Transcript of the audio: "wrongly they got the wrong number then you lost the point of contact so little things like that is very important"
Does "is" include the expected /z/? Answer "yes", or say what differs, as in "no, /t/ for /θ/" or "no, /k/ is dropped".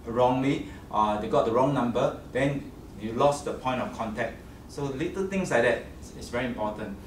no, /s/ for /z/